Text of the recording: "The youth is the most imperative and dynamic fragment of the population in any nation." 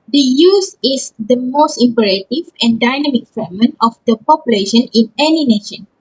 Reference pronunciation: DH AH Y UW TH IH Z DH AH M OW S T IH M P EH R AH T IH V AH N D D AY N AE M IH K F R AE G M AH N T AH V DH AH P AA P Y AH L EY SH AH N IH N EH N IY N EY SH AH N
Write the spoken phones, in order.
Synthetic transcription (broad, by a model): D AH Y UW S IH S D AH M OW S T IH M P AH R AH T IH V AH N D D AY N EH M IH K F EH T M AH N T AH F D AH P AA P Y AH L EY SH AH N IH N EH N IY N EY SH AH N